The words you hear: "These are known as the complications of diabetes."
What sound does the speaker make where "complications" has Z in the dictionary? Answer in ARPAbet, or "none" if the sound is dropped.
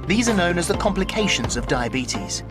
Z